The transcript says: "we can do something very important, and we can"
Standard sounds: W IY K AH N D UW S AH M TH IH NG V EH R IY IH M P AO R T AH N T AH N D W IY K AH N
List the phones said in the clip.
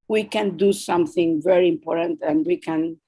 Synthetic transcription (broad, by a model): W IY K AH N D UW S AH M TH IH NG V EH R IY IH M P AO R T AH N T AH N D W IY K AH N